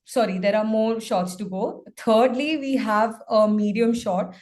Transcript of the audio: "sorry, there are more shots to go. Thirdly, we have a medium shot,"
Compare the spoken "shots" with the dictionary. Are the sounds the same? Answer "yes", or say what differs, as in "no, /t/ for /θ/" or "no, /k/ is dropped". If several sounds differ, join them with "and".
yes